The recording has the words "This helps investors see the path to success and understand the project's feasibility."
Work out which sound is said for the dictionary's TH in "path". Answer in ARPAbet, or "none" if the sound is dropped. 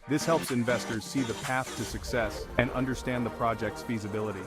TH